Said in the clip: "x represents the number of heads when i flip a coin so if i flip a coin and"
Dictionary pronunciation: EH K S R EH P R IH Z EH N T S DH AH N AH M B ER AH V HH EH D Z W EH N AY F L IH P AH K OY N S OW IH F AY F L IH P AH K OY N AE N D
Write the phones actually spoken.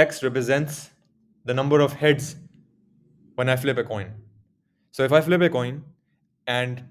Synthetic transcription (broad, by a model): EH K S R EH P R IH Z EH N T S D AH N AH M B ER AH V HH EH D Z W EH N AY F L IH P AH K OY N S OW IH F AY F L IH P AH K OY N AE N D